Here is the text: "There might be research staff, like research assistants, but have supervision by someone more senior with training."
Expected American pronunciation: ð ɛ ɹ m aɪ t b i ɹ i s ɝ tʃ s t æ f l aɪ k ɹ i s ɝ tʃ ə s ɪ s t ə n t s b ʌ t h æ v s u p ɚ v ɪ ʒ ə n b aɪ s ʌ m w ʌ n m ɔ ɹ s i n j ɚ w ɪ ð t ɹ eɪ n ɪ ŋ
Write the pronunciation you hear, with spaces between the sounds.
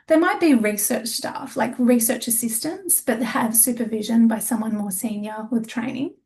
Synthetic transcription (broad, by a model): ð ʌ ɹ m aɪ t b i ɹ i s ɝ tʃ s t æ f l aɪ k ɹ i s ɝ tʃ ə s ɪ s t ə n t s b ʌ t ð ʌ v s u p ɚ v ɪ ʒ ə n b aɪ s ʌ m w ʌ n m ɔ ɹ s i n j ɚ w ɪ ð t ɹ eɪ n ɪ ŋ